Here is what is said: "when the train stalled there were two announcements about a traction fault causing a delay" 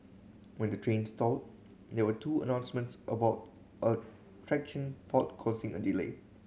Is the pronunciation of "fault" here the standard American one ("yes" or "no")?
no